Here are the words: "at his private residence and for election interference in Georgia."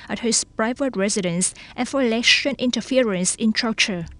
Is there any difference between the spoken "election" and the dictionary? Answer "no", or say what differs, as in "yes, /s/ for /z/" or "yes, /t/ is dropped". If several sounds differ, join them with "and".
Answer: yes, /k/ is dropped